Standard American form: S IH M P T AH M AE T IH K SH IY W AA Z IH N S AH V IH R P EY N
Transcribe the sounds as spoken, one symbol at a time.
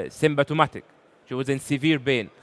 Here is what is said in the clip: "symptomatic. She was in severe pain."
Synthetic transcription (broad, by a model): S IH M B T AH M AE T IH K SH IY W AA Z IH N S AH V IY R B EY N